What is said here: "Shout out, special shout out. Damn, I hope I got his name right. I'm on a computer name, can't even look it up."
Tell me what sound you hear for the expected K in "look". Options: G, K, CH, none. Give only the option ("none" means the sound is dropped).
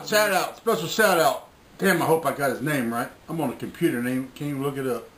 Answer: K